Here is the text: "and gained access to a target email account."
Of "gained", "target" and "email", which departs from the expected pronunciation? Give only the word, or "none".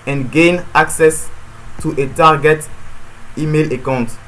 gained